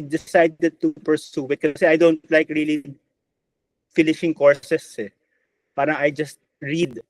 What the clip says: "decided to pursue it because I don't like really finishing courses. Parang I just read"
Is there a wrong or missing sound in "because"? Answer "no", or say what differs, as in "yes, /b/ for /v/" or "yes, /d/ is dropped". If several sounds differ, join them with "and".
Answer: yes, /z/ is dropped